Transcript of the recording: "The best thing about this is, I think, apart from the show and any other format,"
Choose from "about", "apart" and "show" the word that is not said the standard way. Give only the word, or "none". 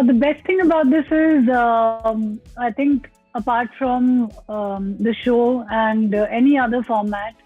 none